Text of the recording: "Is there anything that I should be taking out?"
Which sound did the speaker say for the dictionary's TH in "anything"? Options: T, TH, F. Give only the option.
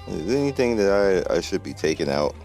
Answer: TH